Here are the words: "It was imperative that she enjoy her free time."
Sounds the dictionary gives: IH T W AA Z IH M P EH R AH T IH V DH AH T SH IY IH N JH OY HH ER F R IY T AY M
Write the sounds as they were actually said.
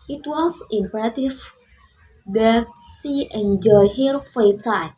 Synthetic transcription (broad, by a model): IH T W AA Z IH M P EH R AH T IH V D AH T S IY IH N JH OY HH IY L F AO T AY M